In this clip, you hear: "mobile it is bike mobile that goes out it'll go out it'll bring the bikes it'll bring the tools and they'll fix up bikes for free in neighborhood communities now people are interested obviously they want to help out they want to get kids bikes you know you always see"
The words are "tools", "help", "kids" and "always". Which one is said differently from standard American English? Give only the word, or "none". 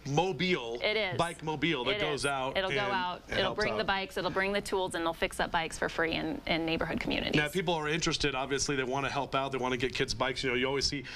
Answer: none